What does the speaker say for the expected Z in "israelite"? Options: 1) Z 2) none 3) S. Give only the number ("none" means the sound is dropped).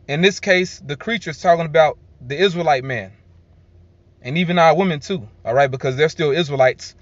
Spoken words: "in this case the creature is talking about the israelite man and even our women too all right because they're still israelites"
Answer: 1